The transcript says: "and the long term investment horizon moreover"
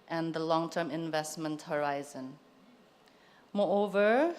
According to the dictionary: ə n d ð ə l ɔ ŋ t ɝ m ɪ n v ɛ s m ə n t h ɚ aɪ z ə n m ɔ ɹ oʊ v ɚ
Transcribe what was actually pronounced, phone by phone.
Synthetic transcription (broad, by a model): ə n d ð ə l ɔ ŋ t ɝ m ɪ n v ɛ s m ə n t h ɚ aɪ z ə n m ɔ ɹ oʊ v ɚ